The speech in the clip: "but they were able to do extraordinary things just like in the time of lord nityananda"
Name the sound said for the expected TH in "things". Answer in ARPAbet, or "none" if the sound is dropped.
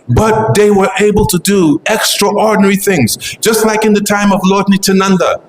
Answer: TH